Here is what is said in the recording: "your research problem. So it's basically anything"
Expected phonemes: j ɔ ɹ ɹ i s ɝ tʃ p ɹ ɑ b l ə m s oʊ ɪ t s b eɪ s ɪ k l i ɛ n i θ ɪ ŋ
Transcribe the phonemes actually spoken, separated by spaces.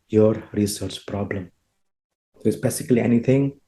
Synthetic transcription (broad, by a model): j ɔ ɹ ɹ i s ɝ tʃ p ɹ ɑ b l ə m s oʊ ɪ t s b eɪ s ɪ k l i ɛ n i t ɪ ŋ